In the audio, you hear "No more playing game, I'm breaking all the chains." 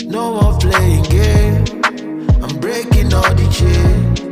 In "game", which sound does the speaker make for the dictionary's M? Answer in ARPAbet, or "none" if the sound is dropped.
none